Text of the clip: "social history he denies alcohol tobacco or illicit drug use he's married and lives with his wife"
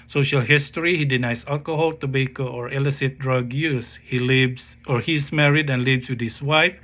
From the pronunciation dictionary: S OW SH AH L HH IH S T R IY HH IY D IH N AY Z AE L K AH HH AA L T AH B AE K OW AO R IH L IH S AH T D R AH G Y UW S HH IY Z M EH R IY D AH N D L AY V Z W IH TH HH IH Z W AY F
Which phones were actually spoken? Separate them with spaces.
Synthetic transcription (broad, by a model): S OW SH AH L HH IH S T R IY HH IY D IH N AY S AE L K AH HH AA L T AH B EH K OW AO R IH L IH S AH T D R AH G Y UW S HH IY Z M EH R IY D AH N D L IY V S W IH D HH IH S W AY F